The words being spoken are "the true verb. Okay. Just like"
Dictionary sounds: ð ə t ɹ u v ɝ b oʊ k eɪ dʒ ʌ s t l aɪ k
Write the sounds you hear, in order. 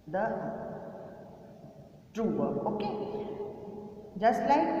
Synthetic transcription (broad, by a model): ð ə t ɹ u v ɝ oʊ k eɪ dʒ ʌ s t l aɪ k